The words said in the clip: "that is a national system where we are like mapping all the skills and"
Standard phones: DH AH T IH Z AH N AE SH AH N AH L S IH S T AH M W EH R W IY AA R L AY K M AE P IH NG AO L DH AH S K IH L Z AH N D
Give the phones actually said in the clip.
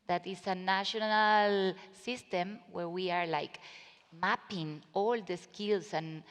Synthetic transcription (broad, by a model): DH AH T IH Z AH N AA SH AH N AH L S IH S T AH M W EH R W IY AA R L AY K M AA P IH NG AO L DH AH S K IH L S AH N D